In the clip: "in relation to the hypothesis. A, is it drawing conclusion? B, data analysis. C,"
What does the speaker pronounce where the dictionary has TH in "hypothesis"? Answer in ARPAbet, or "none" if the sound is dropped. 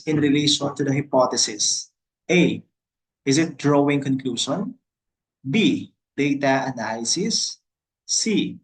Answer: T